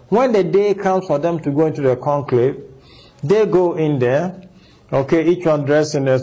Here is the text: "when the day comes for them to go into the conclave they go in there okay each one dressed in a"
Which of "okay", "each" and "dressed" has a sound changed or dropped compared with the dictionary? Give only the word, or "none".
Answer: dressed